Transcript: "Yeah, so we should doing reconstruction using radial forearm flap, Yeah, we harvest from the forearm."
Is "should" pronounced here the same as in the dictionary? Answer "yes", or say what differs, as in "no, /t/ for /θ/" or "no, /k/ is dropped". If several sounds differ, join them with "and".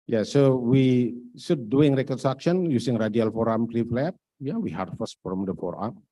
no, /s/ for /ʃ/